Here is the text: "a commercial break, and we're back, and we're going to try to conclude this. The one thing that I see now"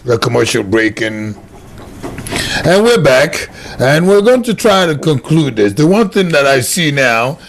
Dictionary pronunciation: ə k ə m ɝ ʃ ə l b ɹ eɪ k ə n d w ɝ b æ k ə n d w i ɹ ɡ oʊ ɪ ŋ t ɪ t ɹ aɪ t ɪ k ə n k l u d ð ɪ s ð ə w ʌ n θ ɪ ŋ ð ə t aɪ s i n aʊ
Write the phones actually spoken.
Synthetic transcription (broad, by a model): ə k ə m ɝ ʃ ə l b ɹ eɪ k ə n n w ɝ b æ k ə n w i ɹ ɡ oʊ ɪ ŋ t ɪ t ɹ aɪ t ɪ k ə n k l u d ð ɪ s ð ə w ʌ n θ ɪ ŋ ð ə t aɪ s i n aʊ